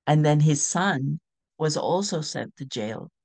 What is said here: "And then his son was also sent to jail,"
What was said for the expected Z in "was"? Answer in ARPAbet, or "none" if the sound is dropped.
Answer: Z